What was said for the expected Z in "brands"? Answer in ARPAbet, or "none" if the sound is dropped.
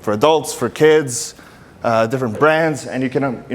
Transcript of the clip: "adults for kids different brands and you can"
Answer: Z